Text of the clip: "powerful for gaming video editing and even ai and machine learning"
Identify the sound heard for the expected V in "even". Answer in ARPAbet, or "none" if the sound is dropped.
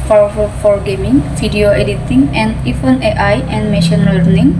F